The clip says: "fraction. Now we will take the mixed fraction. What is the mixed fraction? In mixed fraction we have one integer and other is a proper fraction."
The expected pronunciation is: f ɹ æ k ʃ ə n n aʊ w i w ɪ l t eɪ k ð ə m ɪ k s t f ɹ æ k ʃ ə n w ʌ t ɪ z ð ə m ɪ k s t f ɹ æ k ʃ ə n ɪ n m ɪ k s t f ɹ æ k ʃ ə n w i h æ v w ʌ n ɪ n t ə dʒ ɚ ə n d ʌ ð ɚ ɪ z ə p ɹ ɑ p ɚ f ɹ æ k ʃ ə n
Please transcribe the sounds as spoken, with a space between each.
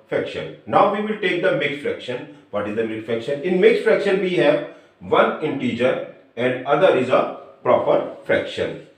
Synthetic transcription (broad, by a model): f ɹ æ k ʃ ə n n aʊ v i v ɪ l t eɪ k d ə m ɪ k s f ɹ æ k ʃ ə n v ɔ t ɪ z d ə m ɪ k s f ɹ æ k ʃ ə n ɪ n m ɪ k s f ɹ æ k ʃ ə n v i h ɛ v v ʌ n ɪ n t ə dʒ ɚ ə n d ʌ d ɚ ɪ z ə p ɹ ɑ p ɚ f ɹ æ k ʃ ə n